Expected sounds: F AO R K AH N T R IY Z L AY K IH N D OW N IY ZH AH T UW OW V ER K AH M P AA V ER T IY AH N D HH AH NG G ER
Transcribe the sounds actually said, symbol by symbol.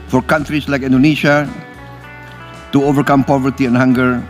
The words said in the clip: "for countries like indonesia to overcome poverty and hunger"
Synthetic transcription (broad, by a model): F AO R K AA N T R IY S L AY K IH N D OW N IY SH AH T UW OW V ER K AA M P AA V ER T IY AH N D HH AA NG G ER